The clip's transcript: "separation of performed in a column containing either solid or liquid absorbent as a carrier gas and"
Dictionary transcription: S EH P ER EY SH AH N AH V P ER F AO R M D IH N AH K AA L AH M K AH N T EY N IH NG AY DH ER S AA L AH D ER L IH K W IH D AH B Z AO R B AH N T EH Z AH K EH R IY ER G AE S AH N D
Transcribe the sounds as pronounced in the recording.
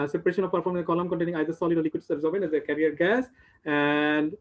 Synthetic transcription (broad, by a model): S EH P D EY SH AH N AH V P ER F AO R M IH AH K AA L AH M K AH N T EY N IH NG AY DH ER S AA L AH D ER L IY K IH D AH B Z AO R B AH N EH Z AH K EH R IY ER G AE S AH N D